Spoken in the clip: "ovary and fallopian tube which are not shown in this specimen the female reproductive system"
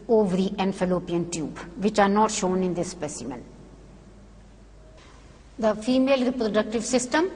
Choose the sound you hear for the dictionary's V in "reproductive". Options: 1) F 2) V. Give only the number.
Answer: 2